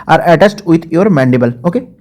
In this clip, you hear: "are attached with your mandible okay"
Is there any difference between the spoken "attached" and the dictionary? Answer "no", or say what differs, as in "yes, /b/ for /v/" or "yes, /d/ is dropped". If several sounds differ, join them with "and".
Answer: yes, /s/ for /tʃ/